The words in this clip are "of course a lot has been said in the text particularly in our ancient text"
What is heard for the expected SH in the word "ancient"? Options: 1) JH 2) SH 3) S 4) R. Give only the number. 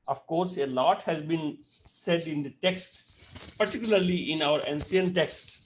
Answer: 3